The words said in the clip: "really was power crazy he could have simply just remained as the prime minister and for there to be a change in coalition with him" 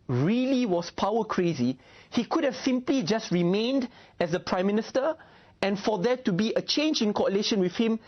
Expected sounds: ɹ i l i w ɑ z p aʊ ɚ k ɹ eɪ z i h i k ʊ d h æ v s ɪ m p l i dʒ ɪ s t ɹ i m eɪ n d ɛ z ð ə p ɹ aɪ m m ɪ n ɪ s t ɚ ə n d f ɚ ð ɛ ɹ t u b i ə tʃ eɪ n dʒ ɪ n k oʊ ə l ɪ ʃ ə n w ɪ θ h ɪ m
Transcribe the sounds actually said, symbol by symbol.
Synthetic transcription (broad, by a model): ɹ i l i w ɑ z p aʊ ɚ k ɹ eɪ z i h i k ʊ d h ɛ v s ɪ m p l i dʒ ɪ s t ɹ i m eɪ n d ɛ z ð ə p ɹ aɪ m m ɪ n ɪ s t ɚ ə n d f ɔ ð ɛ t u b i ə tʃ eɪ n dʒ ɪ n k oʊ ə l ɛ ʃ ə n w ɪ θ h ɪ m